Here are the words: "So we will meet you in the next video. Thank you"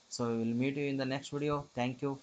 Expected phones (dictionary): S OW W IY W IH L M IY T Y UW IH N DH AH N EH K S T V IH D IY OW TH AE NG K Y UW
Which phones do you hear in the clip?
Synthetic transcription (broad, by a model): S OW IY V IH L M IY T Y UW IH N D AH N EH K S T V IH D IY OW T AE NG K Y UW